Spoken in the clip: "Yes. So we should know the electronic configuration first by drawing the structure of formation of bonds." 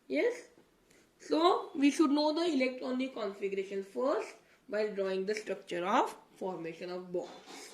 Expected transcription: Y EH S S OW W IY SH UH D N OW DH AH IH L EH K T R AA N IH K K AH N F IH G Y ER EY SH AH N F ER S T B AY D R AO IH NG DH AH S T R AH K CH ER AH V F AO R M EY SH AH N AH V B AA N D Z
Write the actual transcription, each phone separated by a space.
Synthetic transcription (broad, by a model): Y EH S S OW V IY SH UH D N OW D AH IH L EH K T AA N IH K K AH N F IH G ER EY SH AH N F ER S T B AY D R AO IH NG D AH S T R AH K CH ER AH V F AO R M EY SH AH N AH V B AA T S